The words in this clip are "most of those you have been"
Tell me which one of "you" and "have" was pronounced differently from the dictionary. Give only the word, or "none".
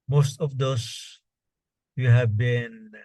none